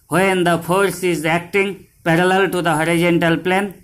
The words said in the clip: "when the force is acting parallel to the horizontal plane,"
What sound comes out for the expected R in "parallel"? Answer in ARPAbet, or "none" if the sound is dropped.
R